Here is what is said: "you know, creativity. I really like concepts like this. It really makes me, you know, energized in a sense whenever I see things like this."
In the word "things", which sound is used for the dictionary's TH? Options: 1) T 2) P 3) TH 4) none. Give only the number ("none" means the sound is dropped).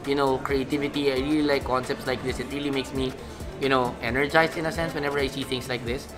1